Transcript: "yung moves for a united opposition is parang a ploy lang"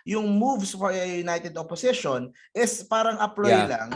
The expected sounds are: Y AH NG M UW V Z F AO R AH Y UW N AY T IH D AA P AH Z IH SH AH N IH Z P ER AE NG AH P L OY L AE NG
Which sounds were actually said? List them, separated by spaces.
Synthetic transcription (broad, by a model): Y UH NG M UW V S F AO R AH Y UW N AY T IH D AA P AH S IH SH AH N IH S P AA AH NG AH P L OY L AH NG